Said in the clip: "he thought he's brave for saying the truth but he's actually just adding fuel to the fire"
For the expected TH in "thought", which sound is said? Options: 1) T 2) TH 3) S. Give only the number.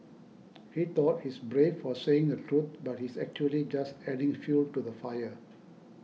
1